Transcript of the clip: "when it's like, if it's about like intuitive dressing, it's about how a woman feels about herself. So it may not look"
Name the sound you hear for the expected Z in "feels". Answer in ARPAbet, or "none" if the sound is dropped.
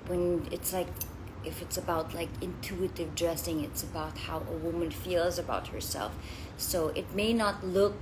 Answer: Z